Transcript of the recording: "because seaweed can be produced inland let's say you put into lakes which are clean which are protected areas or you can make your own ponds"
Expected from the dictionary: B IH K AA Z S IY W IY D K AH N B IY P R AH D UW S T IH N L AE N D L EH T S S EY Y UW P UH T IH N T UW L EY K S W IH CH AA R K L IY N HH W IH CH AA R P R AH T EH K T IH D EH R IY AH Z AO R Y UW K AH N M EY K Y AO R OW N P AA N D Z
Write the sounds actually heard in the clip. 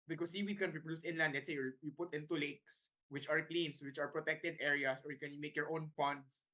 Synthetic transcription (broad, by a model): B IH K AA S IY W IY K AH N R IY P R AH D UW S IH N L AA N D L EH T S S EY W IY P UH T IH N T UW L EY K S W IH CH AA R K L IY N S W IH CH AA R P R AH T EH K T IH D EH R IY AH S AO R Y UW K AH N M EY K Y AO R OW N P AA N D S